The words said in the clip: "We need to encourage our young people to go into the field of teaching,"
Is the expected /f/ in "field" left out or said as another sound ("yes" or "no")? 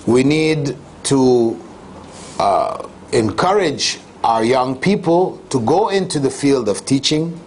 no